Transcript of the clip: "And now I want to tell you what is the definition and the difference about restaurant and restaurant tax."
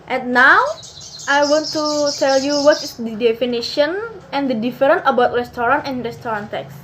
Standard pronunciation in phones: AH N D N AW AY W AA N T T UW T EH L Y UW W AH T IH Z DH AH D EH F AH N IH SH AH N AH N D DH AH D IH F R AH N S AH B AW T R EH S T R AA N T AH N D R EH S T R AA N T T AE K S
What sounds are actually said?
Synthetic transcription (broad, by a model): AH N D N AW AY W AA N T T UW T EH L Y UW W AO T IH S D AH D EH F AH N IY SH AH N AH N D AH D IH F R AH N AH B AW T R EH S T R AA N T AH N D R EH S T R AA N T T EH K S